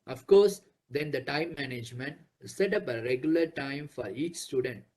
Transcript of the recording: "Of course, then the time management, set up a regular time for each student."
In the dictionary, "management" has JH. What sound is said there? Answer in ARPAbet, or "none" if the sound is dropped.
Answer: JH